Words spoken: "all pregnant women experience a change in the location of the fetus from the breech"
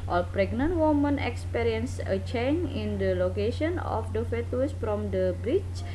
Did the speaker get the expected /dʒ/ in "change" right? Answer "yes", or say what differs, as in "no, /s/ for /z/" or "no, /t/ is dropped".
no, /dʒ/ is dropped